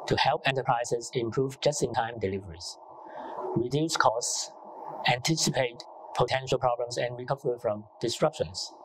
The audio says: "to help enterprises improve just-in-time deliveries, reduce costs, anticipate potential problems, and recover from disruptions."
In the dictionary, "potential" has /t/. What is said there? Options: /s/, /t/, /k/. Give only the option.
/t/